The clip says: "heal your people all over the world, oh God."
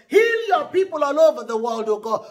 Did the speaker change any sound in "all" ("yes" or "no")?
yes